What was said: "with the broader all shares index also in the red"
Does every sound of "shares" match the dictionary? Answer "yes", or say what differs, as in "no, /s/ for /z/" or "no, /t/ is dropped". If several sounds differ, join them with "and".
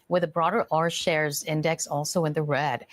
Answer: yes